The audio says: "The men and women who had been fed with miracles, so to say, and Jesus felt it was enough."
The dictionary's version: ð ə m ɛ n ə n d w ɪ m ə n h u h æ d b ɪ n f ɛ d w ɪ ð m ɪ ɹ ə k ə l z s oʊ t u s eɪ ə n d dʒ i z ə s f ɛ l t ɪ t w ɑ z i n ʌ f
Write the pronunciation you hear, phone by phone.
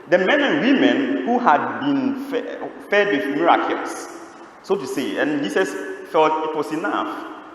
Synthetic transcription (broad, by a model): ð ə m ɛ n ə n w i m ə n h u h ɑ d b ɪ n f ɛ d w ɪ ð m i ɹ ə k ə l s s oʊ t u s eɪ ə n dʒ i s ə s f ɛ l t ɪ t w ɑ s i n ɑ f